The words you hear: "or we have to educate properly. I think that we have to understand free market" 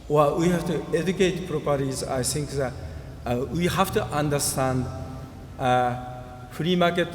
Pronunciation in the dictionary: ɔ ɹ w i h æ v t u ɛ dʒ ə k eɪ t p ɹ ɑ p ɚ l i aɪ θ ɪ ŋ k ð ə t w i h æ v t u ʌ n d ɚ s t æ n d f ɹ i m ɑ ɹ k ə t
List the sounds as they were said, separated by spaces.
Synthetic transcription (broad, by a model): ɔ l w i h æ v t u ɛ dʒ ə k eɪ t p ɹ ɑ p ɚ i aɪ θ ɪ ŋ k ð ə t w i h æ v t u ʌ n d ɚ s t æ n d f ɹ i m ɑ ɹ k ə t